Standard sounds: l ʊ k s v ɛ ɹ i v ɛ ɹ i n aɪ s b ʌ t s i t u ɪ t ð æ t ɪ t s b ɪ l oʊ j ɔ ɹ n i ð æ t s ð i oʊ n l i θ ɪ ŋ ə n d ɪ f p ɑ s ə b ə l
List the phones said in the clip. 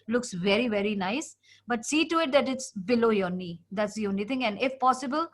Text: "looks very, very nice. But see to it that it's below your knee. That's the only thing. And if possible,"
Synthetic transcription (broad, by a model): l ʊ k s v ɛ ɹ i v ɛ ɹ i n aɪ s b ʌ t s i t u ɪ t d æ t ɪ t s b ɪ l oʊ j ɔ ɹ n i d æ t s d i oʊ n i t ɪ ŋ ə n d ɪ f p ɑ s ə b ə l